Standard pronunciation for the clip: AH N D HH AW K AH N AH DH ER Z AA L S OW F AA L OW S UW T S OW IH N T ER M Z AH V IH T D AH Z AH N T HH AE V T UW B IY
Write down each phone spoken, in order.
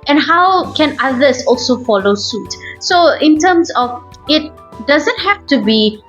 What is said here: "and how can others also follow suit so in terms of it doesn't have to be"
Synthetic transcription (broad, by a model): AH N HH AW K AH N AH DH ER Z AA L S OW F AA L OW S UW T S OW IH N T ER M S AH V IH T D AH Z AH N T HH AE F T UW B IY